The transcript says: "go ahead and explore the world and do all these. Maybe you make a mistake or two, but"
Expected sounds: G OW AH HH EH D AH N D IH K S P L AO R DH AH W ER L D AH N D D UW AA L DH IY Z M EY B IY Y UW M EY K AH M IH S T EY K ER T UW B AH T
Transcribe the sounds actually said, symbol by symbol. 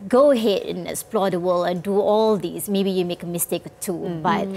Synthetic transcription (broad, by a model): G OW AH HH EH D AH N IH K S P L AO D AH W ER L AH N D D UW AA L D IY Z M EY B IY Y UW M EY K AH M IH S T EY K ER T UW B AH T